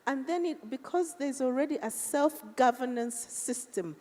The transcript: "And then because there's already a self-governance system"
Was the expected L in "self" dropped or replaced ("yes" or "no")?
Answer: no